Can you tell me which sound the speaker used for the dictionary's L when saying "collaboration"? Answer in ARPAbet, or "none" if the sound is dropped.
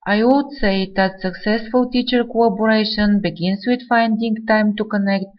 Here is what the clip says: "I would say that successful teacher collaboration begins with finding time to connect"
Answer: none